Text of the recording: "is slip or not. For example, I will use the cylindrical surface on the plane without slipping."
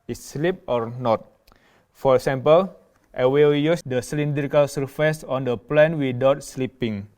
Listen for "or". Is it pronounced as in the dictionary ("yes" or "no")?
yes